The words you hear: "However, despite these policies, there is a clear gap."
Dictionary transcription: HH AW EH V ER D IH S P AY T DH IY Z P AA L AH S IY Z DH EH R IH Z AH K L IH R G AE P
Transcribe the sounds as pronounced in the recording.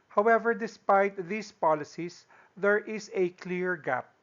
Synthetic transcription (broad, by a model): HH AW EH V ER D IH S P AY T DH IY S P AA L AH S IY S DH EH R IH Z AH K L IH R G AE P